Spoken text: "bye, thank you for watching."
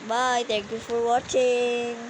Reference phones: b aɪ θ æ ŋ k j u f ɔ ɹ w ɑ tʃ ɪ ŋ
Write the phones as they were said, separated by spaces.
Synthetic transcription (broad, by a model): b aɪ t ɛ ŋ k j u f ɔ ɹ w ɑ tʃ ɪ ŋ